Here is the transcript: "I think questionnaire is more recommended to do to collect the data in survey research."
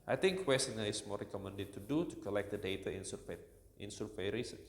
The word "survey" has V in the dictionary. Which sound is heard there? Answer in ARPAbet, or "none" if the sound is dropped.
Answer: P